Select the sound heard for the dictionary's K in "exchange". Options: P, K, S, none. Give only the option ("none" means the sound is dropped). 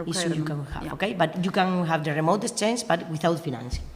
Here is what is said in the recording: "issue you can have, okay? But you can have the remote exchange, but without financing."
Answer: none